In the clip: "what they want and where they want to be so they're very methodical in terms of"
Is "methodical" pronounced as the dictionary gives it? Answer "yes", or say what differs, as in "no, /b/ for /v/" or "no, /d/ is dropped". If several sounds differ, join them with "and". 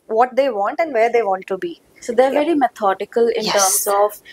no, /t/ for /θ/